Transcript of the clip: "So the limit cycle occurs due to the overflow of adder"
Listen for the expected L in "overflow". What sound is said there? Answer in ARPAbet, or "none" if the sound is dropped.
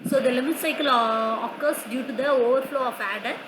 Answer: L